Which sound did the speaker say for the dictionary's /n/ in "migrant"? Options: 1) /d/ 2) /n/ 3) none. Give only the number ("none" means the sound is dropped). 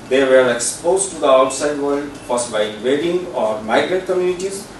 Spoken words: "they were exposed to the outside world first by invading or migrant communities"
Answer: 3